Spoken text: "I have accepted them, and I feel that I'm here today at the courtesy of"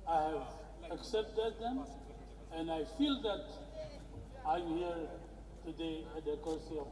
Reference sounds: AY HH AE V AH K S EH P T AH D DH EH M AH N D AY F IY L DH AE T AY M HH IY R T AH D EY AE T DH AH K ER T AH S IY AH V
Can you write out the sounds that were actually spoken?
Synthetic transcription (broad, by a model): AY HH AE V AH K S EH P T AH D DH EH M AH N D AY F IY L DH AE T AY M HH IY R T AH D EY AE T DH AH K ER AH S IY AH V